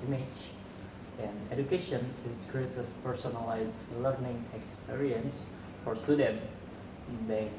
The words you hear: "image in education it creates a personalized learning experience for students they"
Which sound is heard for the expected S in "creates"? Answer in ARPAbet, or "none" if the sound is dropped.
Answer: none